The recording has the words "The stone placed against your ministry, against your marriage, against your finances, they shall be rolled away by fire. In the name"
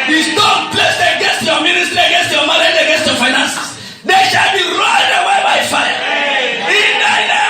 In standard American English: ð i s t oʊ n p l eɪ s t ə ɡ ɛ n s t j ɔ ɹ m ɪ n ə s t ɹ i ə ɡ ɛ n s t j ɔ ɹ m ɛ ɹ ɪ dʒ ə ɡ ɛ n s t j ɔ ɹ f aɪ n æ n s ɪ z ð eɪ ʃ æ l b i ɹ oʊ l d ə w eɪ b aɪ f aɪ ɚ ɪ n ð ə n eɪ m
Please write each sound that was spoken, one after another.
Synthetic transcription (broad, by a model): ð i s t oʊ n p l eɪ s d ə ɡ ɛ n s t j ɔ m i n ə s t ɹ i ə ɡ ɛ n s t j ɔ m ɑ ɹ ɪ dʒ ə ɡ ɛ n s t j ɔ f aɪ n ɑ n s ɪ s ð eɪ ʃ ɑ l b i ɹ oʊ d ə w eɪ b aɪ f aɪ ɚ ɪ n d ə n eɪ